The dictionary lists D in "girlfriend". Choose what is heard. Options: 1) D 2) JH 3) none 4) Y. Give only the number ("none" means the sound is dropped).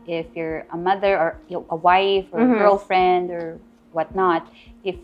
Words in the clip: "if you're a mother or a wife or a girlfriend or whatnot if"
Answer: 1